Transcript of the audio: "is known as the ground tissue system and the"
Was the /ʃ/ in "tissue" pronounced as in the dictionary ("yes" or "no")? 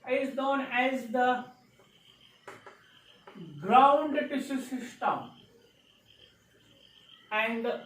no